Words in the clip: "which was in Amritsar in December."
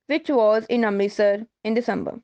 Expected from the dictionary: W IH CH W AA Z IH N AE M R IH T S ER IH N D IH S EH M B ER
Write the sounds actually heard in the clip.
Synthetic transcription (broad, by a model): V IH CH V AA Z IH N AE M IH S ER IH N D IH S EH M B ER